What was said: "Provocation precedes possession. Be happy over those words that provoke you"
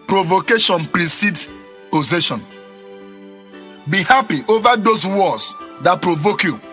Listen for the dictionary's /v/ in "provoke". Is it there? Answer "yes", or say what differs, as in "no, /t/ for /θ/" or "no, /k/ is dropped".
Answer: yes